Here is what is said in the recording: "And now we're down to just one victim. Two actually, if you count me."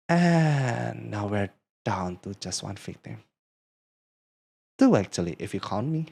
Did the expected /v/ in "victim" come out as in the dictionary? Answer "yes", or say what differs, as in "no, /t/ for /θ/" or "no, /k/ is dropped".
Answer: no, /f/ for /v/